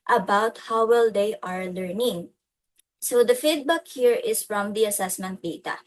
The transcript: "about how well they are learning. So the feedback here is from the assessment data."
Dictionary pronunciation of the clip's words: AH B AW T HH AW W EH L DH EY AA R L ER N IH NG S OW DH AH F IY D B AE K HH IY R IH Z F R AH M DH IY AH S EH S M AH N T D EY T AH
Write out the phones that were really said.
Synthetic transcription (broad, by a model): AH B AW T HH AW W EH L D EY AA R L ER N IH NG S OW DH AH F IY D B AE K HH IY R IH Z F R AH M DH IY AH S EH S M AH N T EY T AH